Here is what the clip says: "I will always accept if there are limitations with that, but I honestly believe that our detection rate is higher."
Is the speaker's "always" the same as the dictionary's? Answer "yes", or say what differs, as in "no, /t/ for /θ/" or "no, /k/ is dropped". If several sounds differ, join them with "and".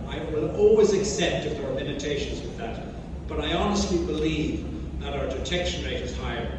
yes